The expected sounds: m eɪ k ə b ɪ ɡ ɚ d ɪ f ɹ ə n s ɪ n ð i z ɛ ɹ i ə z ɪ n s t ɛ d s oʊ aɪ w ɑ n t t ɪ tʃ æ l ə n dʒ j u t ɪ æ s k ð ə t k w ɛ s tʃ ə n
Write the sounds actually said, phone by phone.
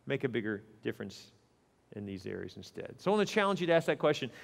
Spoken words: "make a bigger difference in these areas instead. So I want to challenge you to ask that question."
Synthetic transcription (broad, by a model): m eɪ k ə b ɪ ɡ ɚ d ɪ f ɹ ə n s ɪ n ð i z ɛ ɹ i ə z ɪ n s t ɛ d s oʊ aɪ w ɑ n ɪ tʃ æ l ə n dʒ j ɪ t ɪ æ s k ð ə t k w ɛ s tʃ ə n